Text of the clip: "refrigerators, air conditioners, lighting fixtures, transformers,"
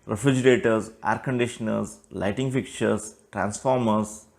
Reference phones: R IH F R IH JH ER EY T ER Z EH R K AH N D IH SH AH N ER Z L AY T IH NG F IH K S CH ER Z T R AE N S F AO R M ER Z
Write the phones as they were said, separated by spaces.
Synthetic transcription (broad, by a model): R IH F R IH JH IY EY T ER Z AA R K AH N D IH SH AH N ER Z L AY T IH NG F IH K CH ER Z T R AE N S F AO R M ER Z